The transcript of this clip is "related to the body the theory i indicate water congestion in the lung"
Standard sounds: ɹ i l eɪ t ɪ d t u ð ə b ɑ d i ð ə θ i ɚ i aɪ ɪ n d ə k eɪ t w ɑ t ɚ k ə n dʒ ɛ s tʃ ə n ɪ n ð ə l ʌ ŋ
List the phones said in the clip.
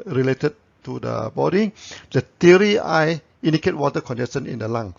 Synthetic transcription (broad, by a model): ɹ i l eɪ t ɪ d t u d ə b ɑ d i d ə t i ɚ i aɪ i n d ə k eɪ t w ɑ t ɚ k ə n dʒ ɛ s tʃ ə n ɪ n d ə l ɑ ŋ